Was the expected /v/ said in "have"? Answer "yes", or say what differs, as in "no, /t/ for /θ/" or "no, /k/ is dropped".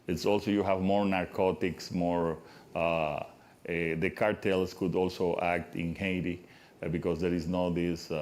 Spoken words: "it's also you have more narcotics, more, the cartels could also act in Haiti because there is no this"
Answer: yes